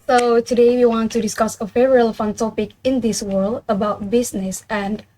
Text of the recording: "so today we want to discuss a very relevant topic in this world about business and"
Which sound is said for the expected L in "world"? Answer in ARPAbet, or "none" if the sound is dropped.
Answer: L